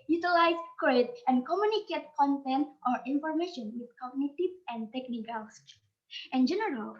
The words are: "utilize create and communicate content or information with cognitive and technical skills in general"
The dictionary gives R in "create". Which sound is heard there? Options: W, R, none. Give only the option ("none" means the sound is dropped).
none